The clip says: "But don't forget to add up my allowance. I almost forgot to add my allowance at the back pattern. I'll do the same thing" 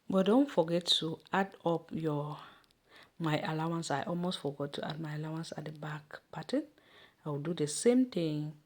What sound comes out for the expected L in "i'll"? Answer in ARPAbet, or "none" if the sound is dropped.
W